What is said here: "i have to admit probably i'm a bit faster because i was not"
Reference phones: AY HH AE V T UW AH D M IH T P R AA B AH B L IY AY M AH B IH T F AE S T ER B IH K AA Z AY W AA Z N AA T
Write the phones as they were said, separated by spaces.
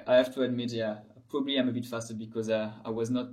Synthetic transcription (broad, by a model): AY HH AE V T UW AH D M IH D P R AA B AH B L IY AY M AH B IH T F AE S T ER B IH K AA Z AY W AA Z N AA T